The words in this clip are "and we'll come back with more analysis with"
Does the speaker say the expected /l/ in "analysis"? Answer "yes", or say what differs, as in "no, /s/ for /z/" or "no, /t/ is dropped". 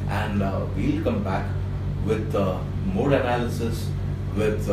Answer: yes